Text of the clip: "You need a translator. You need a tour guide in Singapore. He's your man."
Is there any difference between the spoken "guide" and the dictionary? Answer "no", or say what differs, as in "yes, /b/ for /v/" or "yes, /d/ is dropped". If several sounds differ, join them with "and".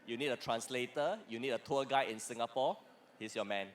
yes, /d/ is dropped